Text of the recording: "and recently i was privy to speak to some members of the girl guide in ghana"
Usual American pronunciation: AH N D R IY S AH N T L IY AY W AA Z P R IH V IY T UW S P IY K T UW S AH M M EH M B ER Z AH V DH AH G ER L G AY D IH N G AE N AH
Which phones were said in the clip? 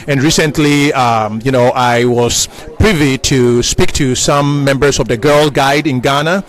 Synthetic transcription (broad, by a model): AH N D R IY S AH N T L IY AY W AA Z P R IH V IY T UW S P IY K T UW S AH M M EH M B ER S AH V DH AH G ER L G AY D IH N G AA N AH